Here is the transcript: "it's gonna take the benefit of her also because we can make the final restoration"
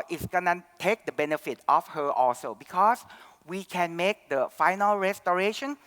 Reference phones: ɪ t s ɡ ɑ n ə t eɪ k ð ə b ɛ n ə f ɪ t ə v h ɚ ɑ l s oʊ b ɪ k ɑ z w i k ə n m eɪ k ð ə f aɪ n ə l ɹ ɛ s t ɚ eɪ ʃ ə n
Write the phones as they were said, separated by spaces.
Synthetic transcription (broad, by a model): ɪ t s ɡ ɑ n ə t eɪ k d ə b ɛ n ə f ɪ t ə f h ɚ ɑ l s oʊ b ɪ k ɑ s w i k ə n m eɪ k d ə f aɪ n ə l ɹ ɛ s t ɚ eɪ ʃ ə n